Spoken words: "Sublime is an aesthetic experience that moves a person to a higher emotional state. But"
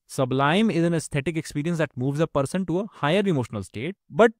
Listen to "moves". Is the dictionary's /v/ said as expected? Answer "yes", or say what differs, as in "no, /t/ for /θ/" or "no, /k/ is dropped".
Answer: yes